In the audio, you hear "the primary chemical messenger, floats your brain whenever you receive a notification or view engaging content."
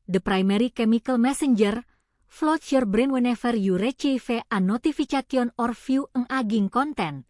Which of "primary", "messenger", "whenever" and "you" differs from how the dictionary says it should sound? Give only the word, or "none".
whenever